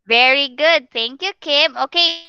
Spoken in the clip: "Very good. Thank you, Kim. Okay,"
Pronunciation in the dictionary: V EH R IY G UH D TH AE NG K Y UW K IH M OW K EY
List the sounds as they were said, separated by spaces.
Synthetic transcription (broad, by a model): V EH R IY G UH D T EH NG K Y UW K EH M OW K EY